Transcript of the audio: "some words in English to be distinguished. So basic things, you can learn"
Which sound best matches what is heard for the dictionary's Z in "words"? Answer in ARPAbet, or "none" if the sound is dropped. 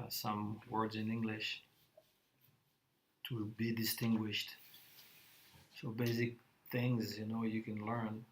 Z